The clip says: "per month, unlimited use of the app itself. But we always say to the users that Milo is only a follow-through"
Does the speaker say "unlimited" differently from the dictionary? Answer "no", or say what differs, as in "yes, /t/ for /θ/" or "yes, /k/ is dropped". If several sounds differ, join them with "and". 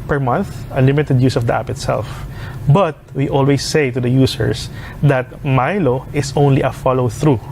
yes, /n/ is dropped